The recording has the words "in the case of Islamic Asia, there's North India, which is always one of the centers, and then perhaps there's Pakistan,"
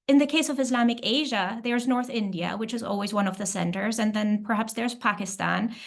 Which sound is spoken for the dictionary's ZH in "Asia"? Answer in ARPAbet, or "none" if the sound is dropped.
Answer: ZH